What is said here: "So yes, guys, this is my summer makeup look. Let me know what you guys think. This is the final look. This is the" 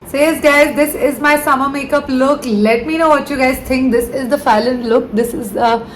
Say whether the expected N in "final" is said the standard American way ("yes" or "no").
no